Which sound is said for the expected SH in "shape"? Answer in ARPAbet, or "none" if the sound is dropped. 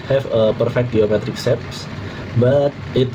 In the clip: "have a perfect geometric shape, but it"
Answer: S